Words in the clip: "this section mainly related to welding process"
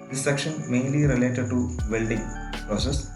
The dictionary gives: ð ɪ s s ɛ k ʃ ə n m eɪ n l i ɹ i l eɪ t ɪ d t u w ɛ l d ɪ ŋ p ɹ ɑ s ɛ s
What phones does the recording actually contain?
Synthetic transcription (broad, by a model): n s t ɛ k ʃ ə n m eɪ n l i ɹ i l eɪ t ɪ d t u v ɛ l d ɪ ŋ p ɹ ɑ s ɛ s